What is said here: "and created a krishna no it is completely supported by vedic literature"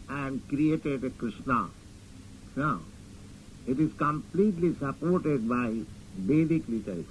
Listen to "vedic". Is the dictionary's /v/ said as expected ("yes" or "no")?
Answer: no